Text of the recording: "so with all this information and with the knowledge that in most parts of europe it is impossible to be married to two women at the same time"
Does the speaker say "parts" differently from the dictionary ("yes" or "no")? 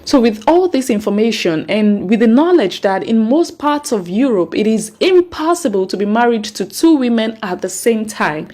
no